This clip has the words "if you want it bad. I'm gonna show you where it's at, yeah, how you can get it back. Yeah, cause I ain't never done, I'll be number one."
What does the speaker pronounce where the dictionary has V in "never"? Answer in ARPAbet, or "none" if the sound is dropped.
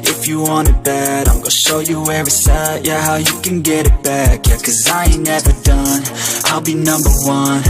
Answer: V